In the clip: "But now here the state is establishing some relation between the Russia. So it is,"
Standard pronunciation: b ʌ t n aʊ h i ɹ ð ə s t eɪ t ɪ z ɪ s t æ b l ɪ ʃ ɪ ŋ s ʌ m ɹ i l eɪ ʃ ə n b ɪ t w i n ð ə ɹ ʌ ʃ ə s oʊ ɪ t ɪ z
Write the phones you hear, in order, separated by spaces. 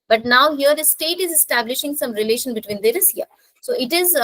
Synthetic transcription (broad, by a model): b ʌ t n aʊ h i ɹ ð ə s t eɪ t ɪ z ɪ s t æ b l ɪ ʃ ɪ ŋ s ʌ m ɹ i l eɪ ʃ ə n b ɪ t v i n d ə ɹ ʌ s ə s oʊ ɪ t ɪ z